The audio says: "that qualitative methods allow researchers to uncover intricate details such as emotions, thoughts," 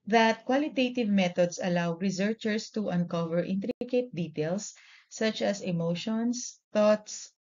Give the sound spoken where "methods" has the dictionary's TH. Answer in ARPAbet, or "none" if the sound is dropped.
T